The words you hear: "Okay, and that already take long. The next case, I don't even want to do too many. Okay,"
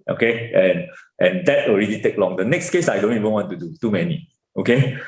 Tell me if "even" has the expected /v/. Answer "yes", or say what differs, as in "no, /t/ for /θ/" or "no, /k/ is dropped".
yes